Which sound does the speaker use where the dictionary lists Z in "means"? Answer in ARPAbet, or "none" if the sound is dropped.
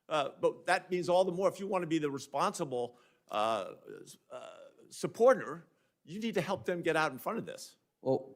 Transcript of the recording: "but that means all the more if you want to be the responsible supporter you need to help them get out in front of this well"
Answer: Z